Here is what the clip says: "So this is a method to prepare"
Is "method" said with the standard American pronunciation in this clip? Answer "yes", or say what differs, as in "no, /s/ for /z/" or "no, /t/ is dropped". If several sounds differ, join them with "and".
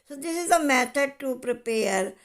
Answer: no, /t/ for /θ/